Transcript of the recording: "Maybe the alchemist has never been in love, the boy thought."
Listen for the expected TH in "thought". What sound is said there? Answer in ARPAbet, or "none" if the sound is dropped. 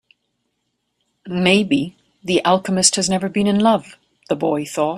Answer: TH